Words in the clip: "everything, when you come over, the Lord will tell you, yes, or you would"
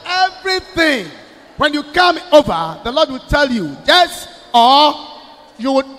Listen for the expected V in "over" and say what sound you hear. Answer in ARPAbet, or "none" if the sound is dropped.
V